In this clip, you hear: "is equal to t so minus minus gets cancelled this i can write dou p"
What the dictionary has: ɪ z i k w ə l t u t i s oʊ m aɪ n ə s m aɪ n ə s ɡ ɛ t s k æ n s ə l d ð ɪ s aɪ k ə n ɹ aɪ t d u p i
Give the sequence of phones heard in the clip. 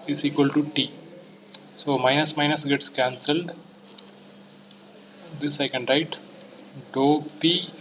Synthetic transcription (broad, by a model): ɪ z i k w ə l t u t i s oʊ m aɪ n ə s m aɪ n ə s ɡ ɛ t s k æ n s ə l d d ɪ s aɪ k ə n ɹ aɪ t d u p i